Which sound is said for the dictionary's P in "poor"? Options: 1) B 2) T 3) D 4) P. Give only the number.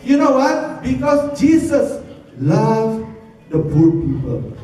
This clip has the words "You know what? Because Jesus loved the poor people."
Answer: 1